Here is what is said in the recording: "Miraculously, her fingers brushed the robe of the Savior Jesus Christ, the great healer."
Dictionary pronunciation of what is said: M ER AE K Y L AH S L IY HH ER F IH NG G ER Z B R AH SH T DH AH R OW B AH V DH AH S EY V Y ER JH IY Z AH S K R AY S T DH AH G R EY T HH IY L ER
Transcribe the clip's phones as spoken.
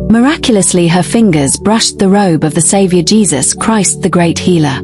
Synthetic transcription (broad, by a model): M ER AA K Y L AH S L IY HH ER F IH NG G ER Z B R AH SH DH AH R OW B AH V DH AH S EY V Y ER JH IY Z AH S K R AY S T DH AH G R EY T HH IY L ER